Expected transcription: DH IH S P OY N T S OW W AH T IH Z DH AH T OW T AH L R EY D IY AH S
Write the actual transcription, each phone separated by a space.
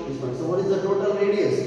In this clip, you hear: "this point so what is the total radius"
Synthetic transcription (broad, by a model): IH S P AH T S OW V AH T IH Z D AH T OW T AH L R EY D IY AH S